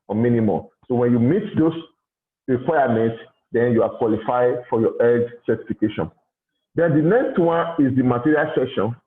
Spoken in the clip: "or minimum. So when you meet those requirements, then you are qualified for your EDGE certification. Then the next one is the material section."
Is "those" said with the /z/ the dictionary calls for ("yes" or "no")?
no